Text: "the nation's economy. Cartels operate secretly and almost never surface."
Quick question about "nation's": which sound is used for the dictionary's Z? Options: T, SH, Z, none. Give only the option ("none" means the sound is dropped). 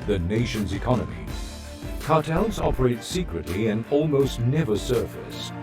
Z